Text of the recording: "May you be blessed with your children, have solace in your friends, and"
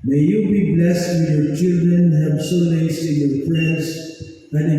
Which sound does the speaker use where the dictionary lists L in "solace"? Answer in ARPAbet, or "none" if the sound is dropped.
N